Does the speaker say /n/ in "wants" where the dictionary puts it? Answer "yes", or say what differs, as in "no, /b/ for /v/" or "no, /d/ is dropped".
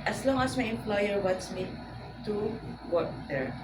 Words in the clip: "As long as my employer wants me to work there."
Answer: no, /n/ is dropped